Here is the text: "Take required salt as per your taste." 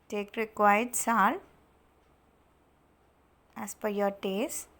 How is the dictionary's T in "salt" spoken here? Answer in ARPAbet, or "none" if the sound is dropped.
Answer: none